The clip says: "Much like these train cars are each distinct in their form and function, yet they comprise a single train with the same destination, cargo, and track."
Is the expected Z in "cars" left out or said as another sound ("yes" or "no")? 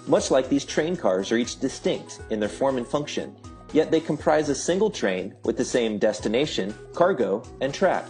no